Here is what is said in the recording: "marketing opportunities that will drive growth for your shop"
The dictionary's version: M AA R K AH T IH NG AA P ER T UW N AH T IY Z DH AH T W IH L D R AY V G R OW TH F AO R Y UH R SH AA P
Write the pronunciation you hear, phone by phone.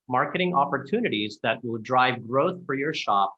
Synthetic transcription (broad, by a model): M AA R K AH T IH NG AA P ER T UW N AH T IY Z DH AH T W IH L D R AY V G R OW TH F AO R Y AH R SH AA P